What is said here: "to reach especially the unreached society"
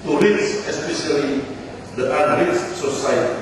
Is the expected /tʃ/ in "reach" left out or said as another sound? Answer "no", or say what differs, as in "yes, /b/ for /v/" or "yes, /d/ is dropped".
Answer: yes, /s/ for /tʃ/